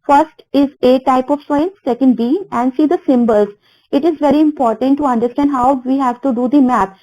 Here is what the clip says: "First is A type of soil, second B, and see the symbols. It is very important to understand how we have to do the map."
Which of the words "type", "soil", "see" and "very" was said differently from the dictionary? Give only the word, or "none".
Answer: soil